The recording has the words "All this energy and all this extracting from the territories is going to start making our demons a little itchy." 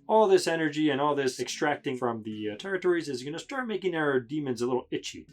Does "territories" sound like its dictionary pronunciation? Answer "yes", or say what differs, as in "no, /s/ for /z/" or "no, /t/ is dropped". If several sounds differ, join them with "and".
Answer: yes